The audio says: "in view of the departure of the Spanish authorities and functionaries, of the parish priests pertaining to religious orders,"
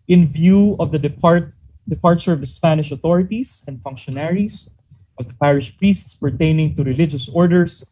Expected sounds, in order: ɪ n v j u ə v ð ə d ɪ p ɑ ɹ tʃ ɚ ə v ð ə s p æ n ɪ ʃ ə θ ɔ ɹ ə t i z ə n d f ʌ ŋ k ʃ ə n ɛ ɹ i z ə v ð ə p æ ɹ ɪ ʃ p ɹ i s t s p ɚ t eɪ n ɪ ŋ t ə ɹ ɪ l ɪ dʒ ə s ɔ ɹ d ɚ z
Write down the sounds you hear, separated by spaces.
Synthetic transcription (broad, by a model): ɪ n v j u ə v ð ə d ɪ p ɑ ɹ tʃ ɚ ə v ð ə s p æ n ɪ ʃ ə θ ɔ ɹ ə t i s ə n d f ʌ ŋ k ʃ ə n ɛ ɹ i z ə v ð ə p æ ɹ ɪ ʃ p ɹ i s t s p ɚ t eɪ n ɪ ŋ t ə ɹ ɪ l ɪ dʒ ə s ɔ ɹ d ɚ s